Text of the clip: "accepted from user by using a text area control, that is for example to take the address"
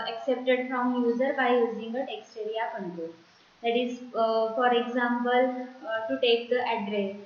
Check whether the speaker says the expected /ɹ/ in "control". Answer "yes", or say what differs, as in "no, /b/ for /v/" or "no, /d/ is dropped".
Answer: no, /ɹ/ is dropped